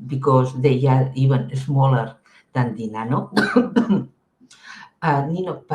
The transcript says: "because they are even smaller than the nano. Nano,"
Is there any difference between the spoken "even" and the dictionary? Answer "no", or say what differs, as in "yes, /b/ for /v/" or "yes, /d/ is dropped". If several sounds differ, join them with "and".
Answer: yes, /b/ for /v/